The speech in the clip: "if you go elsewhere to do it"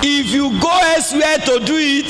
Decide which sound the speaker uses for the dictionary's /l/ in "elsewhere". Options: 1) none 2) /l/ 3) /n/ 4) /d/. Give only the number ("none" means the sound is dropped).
1